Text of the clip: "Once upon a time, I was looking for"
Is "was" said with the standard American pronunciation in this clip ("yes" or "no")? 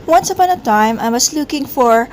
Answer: no